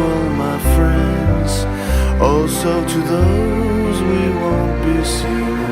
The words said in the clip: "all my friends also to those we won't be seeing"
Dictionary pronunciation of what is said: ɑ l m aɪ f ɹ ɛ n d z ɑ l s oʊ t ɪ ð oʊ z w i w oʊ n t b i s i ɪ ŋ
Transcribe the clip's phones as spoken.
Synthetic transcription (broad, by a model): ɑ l m aɪ f ɹ ɛ n d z ɑ l s oʊ t ɪ ð oʊ z w i w oʊ n b i s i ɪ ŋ